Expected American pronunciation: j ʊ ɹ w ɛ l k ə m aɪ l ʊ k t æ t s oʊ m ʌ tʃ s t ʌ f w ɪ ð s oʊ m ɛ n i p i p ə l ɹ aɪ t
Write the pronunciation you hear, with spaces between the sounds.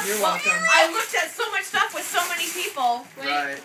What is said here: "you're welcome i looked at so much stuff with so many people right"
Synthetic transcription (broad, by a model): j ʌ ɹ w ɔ k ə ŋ aɪ l ʊ k t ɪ t s oʊ m ʌ tʃ s t ʌ f w ɪ ð s oʊ m ɛ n i p i p l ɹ aɪ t